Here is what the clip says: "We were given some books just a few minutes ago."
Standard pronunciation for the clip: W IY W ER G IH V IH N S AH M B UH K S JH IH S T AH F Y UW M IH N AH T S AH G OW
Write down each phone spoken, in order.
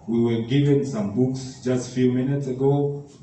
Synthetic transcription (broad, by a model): W IY W ER G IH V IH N S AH M B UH K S JH IH S T F Y UW M IH N AH T S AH G OW